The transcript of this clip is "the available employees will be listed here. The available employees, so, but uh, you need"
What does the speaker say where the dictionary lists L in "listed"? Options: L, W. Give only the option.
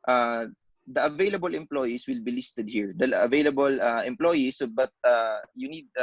L